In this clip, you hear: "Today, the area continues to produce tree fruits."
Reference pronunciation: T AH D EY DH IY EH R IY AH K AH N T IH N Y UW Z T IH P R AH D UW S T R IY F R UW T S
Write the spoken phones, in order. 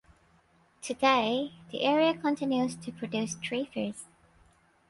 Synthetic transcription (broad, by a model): T AH D EY DH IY EH R IY AH K AH N T IH N Y UW Z T IH P R AH D UW S T R IY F AH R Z